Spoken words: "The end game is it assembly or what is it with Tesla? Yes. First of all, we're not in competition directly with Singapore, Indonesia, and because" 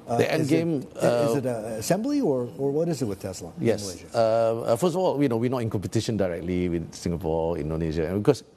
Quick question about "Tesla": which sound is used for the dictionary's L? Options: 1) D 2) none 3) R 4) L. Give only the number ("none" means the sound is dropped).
4